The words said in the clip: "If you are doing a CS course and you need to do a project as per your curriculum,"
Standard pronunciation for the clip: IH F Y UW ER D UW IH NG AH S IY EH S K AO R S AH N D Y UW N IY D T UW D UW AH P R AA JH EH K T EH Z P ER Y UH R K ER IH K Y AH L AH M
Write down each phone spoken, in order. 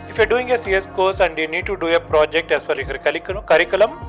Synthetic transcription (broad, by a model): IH F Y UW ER D UW IH NG AH S IY EH S K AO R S AH N D Y UW N IY D T UW D UW AH P R AA JH EH K T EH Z F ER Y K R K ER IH K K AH L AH M